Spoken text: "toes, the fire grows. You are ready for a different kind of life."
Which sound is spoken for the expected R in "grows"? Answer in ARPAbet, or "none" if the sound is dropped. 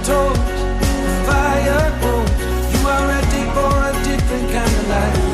none